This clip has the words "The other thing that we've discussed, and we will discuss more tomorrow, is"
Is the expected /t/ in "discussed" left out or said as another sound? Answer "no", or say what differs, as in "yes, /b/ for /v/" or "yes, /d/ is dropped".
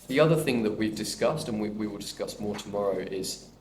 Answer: no